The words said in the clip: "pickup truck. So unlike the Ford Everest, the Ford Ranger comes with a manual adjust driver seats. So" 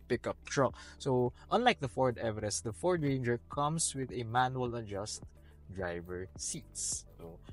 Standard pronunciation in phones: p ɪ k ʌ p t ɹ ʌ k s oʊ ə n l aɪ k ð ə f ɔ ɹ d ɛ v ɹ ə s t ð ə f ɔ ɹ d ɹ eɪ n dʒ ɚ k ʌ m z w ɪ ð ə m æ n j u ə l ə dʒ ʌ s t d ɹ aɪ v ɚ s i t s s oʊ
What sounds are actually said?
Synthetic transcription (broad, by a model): p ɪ k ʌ p t ɹ ʌ k s oʊ ə n l aɪ k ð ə f ɔ ɹ d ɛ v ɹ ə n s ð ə f ɔ ɹ d ɹ eɪ n dʒ ɚ k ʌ m s w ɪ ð ə m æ n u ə l ə dʒ ʌ s t d ɹ aɪ v ɚ s i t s s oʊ